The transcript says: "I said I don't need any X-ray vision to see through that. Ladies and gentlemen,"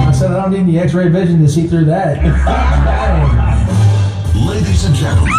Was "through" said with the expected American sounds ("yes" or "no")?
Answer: yes